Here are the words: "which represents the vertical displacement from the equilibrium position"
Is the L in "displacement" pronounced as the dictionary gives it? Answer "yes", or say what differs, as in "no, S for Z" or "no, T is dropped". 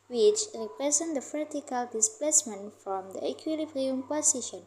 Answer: yes